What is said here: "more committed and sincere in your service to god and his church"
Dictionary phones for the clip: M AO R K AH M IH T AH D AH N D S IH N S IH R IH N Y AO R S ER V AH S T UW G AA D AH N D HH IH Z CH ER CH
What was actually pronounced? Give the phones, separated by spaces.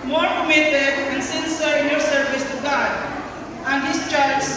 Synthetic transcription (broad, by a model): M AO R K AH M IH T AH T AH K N S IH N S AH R IH N Y AO R S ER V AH S T UW G AA D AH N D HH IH S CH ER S